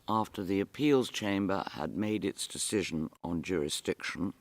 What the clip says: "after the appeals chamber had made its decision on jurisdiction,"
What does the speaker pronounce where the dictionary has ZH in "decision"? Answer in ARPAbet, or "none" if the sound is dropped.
ZH